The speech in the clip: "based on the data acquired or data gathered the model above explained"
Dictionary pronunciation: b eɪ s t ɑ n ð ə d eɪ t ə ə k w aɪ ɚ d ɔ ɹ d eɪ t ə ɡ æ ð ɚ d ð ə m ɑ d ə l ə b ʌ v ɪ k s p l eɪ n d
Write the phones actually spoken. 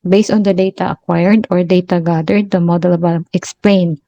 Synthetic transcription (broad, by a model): b eɪ s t ɑ n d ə d eɪ t ə ə k w aɪ ɚ d ɔ ɹ d eɪ t ə ɡ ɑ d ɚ d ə m ɑ d ə l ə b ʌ ɪ k s p l eɪ n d